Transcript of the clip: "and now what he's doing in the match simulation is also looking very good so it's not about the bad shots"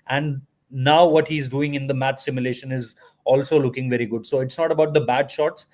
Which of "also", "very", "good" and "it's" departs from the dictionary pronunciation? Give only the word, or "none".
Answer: none